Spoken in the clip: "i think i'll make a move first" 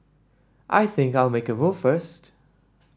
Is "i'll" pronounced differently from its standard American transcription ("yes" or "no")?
no